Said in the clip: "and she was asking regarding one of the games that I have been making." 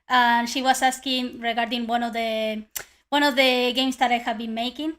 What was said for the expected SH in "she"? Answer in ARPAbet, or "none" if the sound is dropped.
SH